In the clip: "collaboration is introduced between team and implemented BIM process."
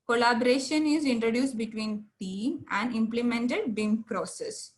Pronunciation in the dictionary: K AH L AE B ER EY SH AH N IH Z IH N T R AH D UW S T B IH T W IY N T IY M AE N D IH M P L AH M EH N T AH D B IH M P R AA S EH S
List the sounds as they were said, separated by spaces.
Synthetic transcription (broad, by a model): K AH L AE B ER EY SH AH N IH Z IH N T R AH D UW S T B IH T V IY N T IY AE N D IH M P L AH M EH N T AH D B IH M P R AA S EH S